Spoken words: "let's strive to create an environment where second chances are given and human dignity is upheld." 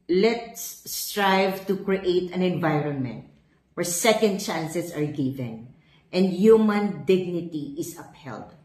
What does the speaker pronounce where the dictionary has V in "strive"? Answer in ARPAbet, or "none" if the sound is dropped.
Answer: V